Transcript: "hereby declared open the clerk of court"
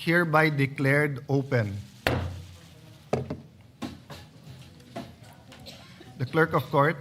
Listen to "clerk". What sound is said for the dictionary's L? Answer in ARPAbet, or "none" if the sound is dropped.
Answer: L